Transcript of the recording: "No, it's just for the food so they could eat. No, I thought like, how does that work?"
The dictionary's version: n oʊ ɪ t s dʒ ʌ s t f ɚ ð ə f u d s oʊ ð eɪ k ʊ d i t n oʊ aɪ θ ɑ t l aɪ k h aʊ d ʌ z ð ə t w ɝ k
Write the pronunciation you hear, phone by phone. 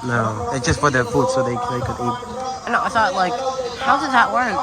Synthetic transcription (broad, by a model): n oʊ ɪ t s dʒ ʌ s t f ɚ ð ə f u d s oʊ ð eɪ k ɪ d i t n oʊ aɪ s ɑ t l aɪ k h aʊ d ʌ z ð ə t w ɝ k